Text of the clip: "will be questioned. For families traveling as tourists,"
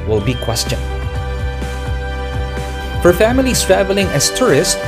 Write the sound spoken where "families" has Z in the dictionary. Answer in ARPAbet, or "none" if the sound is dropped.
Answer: S